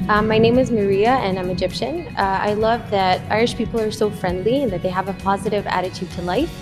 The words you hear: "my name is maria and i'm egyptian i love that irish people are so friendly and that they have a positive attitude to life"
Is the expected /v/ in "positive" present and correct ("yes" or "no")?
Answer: yes